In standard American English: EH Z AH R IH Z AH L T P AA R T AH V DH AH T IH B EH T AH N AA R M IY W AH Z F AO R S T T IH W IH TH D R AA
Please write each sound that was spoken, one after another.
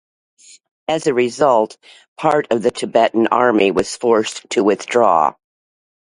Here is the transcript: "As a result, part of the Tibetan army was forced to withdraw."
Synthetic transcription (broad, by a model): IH Z AH R IH Z AH L T P AA R T AH V DH AH T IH B EH T N AA R M IY W AH Z F AO R S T T IH W IH TH D R AA